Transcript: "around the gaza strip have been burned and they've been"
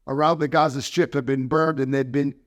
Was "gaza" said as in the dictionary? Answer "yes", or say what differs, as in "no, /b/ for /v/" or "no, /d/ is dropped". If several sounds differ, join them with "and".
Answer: yes